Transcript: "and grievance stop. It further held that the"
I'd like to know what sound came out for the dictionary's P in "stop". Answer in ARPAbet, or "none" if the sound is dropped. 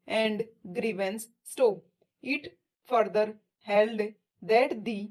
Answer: none